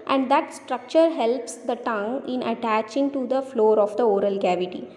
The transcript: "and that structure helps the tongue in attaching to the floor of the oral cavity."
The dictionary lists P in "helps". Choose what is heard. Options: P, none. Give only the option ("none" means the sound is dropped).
P